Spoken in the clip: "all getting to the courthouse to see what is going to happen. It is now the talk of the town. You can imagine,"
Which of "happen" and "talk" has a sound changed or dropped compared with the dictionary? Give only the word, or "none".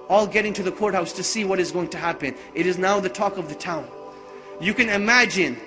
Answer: none